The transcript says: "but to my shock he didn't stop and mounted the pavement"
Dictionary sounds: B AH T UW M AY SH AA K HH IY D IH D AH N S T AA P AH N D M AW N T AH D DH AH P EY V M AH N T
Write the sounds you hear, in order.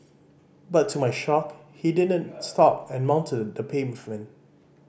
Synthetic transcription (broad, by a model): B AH T UW M AY SH AA K HH IY D IH D AH N S T AA P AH N M AW N T AH D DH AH P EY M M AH N